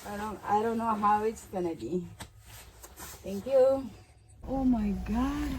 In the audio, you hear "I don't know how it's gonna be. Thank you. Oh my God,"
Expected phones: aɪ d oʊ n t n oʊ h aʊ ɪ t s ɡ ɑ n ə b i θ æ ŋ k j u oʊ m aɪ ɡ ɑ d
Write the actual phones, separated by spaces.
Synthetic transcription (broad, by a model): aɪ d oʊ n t n oʊ h aʊ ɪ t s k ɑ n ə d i t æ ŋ k j u oʊ m aɪ ɡ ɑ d